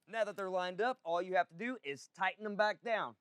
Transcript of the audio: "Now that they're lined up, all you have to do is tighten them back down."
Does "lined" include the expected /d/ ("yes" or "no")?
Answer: yes